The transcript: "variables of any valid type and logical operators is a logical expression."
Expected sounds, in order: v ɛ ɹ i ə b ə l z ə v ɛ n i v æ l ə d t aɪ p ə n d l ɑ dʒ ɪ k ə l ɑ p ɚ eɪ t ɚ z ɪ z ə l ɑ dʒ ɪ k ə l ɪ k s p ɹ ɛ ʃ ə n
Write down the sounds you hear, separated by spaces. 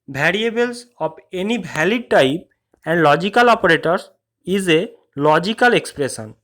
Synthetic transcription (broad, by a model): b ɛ ɹ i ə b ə l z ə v ɛ n i b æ l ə d t aɪ p ə n d l ɑ dʒ ɪ k ə l ɑ p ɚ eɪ t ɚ s ɪ z ə l ɑ dʒ ɪ k ə l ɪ k s p ɹ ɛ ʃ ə n